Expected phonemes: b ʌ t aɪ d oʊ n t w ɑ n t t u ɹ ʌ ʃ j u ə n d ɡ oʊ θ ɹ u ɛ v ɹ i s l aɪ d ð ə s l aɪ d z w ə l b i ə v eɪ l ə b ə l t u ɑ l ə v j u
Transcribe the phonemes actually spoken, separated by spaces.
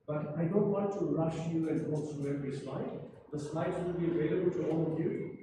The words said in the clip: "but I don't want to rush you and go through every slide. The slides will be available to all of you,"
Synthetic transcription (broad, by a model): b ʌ t aɪ d oʊ n t w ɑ n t t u ɹ ʌ ʃ j u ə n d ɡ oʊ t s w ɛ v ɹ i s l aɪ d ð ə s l aɪ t w ə l b i ə v eɪ l ə b ə l t u ɑ l ə v j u